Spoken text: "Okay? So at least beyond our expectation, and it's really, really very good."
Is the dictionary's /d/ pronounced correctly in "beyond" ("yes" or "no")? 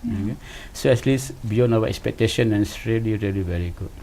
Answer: no